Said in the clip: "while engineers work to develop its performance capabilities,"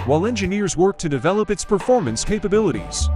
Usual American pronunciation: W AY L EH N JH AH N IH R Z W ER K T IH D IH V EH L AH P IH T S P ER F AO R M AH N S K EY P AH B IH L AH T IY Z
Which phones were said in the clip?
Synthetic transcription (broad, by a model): W AY L EH N JH AH N IH R Z W ER K T IH D IH V EH L AH P IH T S P ER F AO R M AH N S K EY P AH B IH L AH T IY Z